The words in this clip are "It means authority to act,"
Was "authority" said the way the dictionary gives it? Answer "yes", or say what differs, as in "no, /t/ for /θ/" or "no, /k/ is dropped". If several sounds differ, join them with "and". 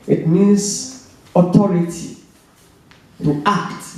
no, /t/ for /θ/